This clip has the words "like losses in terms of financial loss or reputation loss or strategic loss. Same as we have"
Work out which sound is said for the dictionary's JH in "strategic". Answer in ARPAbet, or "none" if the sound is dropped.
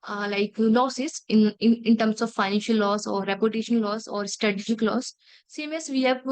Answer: SH